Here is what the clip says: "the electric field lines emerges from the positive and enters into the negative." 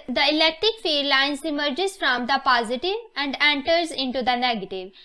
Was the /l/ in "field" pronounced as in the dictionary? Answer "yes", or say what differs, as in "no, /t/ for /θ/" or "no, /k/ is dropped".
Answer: no, /l/ is dropped